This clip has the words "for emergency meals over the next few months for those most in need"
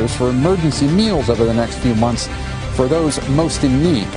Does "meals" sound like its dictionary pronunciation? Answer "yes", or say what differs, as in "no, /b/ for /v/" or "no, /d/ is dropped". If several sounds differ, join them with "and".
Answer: yes